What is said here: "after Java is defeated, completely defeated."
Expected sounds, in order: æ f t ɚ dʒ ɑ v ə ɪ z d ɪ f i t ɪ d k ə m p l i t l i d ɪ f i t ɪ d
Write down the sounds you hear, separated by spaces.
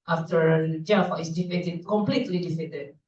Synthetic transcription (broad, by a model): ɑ f t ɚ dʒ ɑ f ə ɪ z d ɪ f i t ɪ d k ə m p l i t l i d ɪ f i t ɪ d